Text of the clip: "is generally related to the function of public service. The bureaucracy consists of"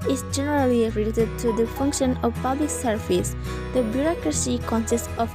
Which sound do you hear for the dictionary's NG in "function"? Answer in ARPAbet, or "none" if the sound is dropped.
NG